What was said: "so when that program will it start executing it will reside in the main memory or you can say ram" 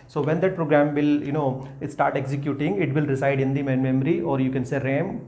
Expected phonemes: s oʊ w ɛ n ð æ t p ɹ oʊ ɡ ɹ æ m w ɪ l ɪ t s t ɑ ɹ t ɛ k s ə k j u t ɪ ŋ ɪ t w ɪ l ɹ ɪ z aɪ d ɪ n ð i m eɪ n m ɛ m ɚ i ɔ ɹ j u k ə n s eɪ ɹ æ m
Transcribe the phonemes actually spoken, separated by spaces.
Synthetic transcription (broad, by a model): s oʊ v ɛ n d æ t p ɹ oʊ ɡ ɹ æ m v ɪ l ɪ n s t ɑ ɹ t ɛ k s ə k j u t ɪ ŋ ɪ t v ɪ l ɹ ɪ s aɪ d ɪ n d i m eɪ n m ɛ m ɚ i ɔ ɹ j u k ə n s eɪ ɹ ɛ m